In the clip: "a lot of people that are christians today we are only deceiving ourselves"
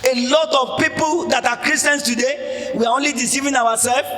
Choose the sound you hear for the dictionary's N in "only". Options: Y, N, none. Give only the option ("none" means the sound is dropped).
N